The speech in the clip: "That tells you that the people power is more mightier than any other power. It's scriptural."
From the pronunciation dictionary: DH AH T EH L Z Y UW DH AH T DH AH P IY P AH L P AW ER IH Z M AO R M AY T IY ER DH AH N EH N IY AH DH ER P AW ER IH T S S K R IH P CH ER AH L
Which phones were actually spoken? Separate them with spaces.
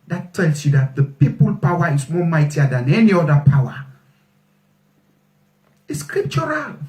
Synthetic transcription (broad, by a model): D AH T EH L S Y UW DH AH T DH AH P IY P AH L P AW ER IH S M AO M AY T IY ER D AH N EH N IY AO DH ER P AW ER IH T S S K R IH P CH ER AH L